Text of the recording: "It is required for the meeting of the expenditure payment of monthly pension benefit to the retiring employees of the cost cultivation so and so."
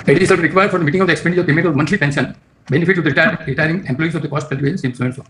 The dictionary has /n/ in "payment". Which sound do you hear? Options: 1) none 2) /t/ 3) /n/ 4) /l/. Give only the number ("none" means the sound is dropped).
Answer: 1